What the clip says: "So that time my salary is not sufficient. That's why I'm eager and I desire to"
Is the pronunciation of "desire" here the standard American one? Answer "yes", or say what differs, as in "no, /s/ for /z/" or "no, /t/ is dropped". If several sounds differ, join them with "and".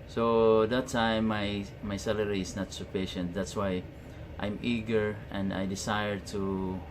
no, /s/ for /z/